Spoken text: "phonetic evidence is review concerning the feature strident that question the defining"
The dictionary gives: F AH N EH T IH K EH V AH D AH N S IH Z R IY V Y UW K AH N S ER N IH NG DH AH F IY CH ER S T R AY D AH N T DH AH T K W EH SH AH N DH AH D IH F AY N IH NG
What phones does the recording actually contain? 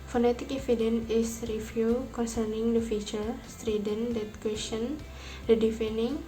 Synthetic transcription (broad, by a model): F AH N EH T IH K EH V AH D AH N IH S R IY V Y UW K AH N S ER N IH NG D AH F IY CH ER S T R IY D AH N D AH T K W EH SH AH N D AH D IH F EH N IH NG